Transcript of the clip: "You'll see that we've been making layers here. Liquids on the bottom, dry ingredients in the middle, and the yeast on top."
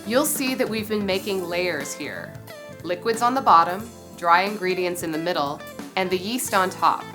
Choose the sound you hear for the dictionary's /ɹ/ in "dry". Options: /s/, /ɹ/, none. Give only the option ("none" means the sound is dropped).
/ɹ/